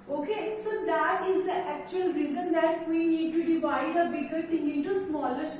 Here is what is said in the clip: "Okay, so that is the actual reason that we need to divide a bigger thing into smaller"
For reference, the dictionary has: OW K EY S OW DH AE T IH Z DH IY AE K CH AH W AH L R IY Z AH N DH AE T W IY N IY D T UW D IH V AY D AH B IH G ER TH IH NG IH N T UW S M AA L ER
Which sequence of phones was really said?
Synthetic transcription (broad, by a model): OW K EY S OW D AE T IH Z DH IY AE K CH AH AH L R IY Z AH N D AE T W IY N IY D T UW D IH V AY D AH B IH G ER T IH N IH T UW S M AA L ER